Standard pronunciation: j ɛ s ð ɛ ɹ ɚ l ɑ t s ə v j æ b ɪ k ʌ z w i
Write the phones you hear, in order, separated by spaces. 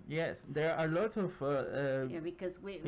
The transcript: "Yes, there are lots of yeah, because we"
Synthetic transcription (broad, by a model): j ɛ s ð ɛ ɹ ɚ l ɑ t ə v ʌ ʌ b ɪ k ʌ z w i